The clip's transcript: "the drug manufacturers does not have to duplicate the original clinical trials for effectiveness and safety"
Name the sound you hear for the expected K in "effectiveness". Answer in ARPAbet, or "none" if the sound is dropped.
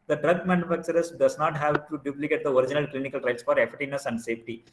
none